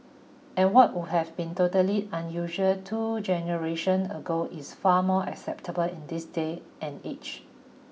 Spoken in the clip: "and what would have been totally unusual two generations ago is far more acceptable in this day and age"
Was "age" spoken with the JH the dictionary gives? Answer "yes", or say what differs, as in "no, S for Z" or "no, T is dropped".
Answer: no, CH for JH